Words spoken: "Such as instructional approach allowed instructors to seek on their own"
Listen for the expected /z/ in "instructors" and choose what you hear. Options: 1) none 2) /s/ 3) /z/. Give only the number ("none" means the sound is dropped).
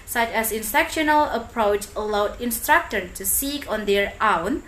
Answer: 1